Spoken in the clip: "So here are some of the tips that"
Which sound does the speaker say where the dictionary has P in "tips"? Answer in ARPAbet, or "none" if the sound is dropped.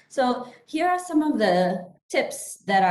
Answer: P